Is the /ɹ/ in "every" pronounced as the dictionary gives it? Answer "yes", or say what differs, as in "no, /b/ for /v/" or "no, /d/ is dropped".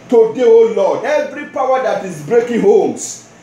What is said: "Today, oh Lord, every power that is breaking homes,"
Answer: yes